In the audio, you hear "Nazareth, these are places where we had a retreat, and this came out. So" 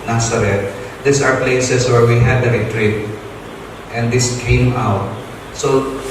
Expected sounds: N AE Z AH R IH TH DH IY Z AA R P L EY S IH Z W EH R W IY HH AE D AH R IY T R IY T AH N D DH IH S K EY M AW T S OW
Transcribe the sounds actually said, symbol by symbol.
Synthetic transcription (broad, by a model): N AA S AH R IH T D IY S AA R P L EY S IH S W EH R W IY HH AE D AH R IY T R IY T AH N D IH S K EY M AW T S OW